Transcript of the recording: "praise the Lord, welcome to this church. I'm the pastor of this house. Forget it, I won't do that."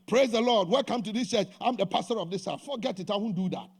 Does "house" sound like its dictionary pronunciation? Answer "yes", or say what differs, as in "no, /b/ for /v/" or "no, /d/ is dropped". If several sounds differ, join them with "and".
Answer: no, /s/ is dropped